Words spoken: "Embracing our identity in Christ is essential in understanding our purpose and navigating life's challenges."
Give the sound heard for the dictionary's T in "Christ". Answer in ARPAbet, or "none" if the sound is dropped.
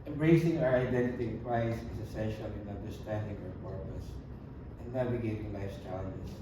none